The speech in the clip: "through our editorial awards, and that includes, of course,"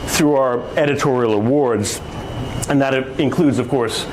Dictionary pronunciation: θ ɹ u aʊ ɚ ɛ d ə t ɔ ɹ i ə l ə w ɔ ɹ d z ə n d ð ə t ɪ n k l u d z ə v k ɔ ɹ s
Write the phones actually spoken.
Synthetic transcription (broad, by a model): θ ɹ u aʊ ɚ ɛ d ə t ɔ ɹ i l ə w ɔ ɹ d z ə n ð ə t ɪ n k l u d z ə v k ɔ ɹ s